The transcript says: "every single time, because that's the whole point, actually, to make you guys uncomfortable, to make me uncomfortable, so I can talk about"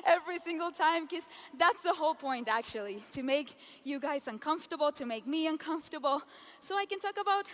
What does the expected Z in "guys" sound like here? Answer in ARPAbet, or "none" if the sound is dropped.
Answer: Z